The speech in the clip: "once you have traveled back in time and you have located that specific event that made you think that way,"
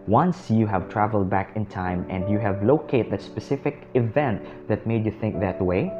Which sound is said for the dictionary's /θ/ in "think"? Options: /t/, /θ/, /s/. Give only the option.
/θ/